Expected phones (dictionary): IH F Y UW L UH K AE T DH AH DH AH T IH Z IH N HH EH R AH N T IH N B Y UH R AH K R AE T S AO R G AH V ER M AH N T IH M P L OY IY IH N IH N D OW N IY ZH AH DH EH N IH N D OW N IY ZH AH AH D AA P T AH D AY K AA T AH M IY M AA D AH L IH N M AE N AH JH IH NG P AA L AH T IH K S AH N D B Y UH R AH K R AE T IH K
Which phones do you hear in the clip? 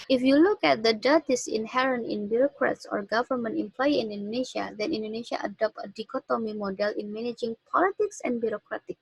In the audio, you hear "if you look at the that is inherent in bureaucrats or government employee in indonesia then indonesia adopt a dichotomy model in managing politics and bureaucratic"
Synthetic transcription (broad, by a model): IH F Y UW L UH K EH T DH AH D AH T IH S IH N HH EH R AH N T IH N B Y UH R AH K R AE T S AO R G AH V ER M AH N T IH M P L OY IY IH N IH N D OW N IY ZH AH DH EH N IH N D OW N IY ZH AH AH D AA P T AH D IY K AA T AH M IY M AA D AH L IH N M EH N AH JH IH NG P AA L AH T IH K S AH N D B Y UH R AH K R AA T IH K